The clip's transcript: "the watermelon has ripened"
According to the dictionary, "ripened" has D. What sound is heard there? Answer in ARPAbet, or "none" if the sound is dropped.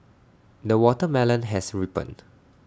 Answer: none